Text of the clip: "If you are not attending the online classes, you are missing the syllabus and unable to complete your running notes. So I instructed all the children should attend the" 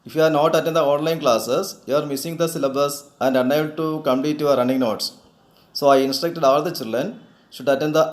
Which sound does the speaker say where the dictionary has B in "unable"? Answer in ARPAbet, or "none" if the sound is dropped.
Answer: none